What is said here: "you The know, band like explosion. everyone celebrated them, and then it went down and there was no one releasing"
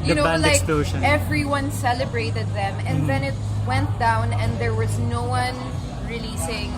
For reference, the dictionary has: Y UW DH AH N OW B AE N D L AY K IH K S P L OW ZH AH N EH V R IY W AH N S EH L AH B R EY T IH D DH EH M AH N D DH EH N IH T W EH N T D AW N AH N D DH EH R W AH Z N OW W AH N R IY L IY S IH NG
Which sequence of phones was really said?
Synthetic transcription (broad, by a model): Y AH N OW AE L AY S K P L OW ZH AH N EH V R IY W AH N S EH L AH B R EY T IH D DH EH M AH N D DH EH N IH T W EH N T D AW N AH N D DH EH R W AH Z N OW W AH N R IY L IY S IH NG